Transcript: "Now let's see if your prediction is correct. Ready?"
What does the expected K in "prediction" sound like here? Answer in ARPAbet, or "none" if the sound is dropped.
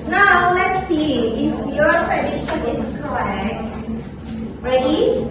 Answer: none